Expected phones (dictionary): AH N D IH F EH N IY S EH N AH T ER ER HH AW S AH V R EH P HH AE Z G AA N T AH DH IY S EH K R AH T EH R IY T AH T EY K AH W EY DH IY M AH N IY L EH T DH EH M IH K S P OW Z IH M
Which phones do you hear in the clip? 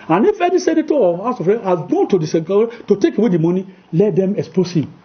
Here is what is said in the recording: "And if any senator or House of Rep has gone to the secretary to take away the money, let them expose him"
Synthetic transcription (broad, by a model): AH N IH F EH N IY S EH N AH T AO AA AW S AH F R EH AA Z G AA N T AH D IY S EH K AH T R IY T AH T EY K AH W EY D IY M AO N IY L EH T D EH M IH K S P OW S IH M